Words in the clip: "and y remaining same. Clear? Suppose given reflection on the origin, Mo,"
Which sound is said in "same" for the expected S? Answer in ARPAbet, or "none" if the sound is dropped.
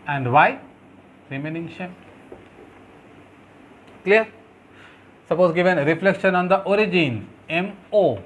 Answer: SH